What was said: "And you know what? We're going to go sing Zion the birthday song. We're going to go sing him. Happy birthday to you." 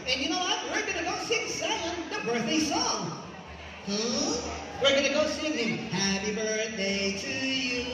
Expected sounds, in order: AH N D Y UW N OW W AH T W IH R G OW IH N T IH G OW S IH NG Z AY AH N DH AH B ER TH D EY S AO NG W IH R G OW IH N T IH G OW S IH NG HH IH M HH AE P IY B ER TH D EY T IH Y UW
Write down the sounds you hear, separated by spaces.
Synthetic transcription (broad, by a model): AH N Y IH N OW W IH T W IH R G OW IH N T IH G OW S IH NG S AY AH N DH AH B ER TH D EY S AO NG W IH R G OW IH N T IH G OW S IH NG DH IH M HH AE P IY B ER TH D EY T IH Y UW